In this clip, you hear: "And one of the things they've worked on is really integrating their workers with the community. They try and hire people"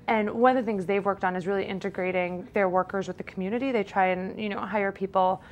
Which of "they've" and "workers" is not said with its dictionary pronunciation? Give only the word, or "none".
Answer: none